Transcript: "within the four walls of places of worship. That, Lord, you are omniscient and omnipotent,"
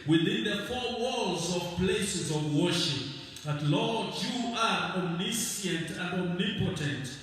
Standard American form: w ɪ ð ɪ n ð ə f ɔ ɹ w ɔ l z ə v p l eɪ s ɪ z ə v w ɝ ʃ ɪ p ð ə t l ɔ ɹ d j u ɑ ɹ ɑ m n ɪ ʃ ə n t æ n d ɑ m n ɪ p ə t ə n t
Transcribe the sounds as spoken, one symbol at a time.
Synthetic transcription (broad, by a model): w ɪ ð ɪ n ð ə f ɔ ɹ w ɔ l z ə v p l eɪ s ɪ z ə v w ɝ ʃ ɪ p ð ə t l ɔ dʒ j u ɑ ɹ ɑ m n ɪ s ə n t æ n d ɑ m n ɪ p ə t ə n t